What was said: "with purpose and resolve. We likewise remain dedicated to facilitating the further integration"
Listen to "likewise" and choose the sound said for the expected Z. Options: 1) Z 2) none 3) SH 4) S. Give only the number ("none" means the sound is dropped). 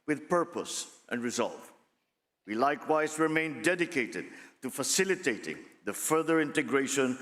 1